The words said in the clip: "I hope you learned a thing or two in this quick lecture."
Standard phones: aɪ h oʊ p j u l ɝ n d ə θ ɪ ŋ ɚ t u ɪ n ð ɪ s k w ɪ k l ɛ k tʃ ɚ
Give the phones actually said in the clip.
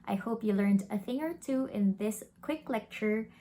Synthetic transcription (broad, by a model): aɪ h oʊ p j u l ɝ n d ə θ ɪ ŋ ɚ t u ɪ n ð ɪ s k w ɪ k l ɛ k tʃ ɚ